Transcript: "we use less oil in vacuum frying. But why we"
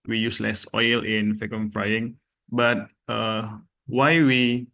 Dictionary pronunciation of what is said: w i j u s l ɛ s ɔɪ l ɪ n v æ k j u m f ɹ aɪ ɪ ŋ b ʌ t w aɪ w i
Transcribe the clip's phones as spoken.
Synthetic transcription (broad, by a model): w i j u s l ɛ s ɔɪ l ɪ n f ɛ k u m f ɹ aɪ ɪ ŋ b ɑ t w aɪ w i